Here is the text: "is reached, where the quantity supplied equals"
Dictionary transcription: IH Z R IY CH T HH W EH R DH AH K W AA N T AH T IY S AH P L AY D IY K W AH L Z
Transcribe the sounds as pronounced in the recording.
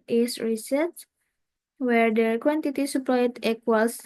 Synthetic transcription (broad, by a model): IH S R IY S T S W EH R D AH K W AA N T AH T IY S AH P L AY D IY K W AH L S